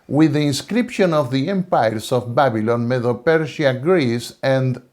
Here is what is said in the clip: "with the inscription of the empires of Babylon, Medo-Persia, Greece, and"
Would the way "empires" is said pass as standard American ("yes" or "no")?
no